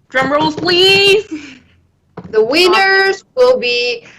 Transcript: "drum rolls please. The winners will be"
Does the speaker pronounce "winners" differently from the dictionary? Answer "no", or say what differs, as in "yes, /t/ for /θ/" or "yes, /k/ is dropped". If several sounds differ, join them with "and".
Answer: no